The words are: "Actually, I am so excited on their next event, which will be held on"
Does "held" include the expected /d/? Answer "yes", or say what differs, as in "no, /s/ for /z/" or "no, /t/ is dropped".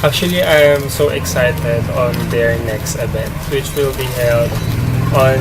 yes